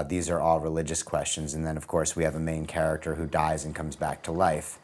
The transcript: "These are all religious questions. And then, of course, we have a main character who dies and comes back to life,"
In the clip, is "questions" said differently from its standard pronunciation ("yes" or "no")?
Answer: no